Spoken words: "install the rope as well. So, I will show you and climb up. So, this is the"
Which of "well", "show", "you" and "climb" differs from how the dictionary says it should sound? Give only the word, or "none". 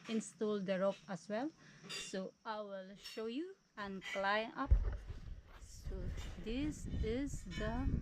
climb